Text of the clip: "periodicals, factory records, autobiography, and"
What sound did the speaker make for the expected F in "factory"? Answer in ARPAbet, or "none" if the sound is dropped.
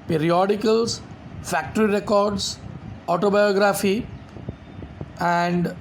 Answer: F